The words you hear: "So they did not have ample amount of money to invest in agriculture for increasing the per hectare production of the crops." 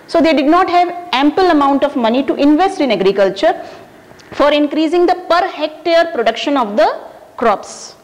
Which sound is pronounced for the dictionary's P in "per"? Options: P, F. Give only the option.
P